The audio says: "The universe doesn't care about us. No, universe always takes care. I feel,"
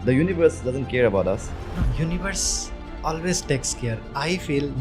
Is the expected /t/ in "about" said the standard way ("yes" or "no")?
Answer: yes